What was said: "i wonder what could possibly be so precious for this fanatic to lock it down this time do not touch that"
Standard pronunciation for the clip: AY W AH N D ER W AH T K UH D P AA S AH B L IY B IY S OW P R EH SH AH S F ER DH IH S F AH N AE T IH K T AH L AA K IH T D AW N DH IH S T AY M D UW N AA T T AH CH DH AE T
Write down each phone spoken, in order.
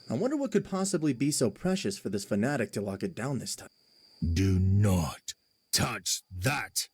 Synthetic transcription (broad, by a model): AY W AH N D ER W AH T K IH D P AA S AH B L IY B IY S OW P R EH SH AH S F ER DH IH S F AH N AE T IH K T AH L AA K IH T D AW N DH IH S T AY M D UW N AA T T AH CH DH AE T